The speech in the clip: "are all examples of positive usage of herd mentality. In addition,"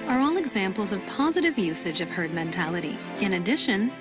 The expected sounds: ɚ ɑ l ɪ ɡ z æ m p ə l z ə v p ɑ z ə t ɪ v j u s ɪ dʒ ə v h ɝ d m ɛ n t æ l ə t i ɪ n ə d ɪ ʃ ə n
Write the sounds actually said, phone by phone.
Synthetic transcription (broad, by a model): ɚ ɑ l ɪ ɡ z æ m p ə l z ə v p ɑ z ə t ɪ v j u s ɪ dʒ ə v h ɝ d m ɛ n t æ l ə t i ɪ n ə d ɪ ʃ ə n